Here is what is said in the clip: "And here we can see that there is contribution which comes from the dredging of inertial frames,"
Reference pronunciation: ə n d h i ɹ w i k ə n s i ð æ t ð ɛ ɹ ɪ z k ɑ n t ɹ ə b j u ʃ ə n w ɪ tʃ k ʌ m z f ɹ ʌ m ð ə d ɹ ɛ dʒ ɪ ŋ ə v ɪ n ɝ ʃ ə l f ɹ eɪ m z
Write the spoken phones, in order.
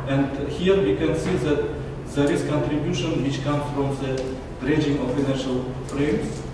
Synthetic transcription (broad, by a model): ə n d h i ɹ w i k ə n s i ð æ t ð ɛ ɹ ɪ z k ɑ n t ɹ ə b j u ʃ ə n w ɪ tʃ k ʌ m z f ɹ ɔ m ð ə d ɹ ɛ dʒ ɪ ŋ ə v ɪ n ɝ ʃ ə l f ɹ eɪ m